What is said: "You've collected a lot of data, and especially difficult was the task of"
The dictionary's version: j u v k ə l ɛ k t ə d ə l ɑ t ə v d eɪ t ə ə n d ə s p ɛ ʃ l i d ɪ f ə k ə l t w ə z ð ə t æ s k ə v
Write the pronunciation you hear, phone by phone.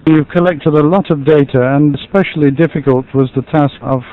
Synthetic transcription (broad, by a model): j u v k ə l ɛ k t ə d ə l ɑ t ə v d eɪ t ə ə n ə s p ɛ ʃ l i d ɪ f ə k ə l t w ə z ð ə t æ s k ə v